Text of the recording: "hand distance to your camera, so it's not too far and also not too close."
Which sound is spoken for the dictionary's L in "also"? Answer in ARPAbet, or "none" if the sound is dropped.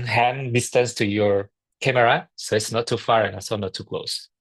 none